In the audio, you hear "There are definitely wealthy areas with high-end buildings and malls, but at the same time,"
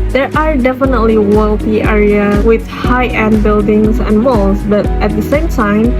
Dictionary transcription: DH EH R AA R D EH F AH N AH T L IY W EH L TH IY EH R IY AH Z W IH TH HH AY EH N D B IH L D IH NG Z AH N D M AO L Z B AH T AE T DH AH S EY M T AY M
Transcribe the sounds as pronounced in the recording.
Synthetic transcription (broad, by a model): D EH R AA R D EH F AH N AH T L IY W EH L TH IY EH R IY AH W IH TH HH AY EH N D B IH L D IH NG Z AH N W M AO L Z B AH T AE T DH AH S EY M T AY M